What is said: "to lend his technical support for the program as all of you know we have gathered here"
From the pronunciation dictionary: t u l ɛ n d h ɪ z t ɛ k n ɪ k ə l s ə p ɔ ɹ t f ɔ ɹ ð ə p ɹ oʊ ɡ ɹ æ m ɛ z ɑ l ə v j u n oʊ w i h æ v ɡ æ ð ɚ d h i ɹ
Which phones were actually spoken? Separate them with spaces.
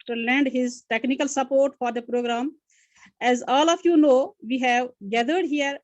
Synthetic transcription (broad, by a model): t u l ɛ n d h ɪ z t ɛ k n ɪ k ə l s ə p ɔ ɹ t f ɔ ɹ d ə p ɹ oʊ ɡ ɹ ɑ m ɛ z ɑ l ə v j u n oʊ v i h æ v ɡ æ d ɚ d h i ɹ